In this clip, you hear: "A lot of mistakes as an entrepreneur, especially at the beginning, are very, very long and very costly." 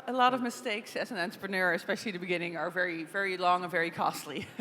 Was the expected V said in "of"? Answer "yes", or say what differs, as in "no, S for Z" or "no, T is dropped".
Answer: yes